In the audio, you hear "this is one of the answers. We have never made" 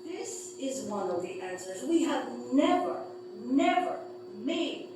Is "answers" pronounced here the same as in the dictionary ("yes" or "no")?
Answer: yes